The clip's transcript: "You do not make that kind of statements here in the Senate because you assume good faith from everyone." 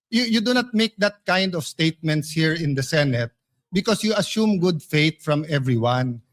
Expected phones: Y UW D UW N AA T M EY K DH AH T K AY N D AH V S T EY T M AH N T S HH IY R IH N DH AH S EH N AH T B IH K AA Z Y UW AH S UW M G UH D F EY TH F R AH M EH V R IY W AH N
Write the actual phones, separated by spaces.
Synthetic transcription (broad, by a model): Y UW D UW N AA T M EY K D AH T K AY N D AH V S T EY T M AH N T S HH IY R IH N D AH S EH N AH T B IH K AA S Y UW AH S UW M G UH D F EY T F R AH M EH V R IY W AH N